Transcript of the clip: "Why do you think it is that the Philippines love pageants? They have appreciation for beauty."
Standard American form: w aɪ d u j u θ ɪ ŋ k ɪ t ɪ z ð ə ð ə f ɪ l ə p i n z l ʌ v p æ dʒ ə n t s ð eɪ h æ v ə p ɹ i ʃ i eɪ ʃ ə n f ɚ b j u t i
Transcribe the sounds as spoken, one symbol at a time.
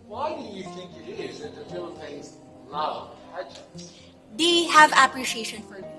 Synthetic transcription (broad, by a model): w aɪ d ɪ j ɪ θ ɪ ŋ k ɪ t ɪ z ð ə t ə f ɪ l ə ɪ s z l ʌ v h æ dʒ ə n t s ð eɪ h æ v ə p ɹ i ʃ i eɪ ʃ ə n f ɚ